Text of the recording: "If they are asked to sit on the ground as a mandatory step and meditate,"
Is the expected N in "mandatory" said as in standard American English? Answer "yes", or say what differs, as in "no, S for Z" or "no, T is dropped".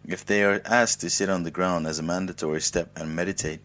yes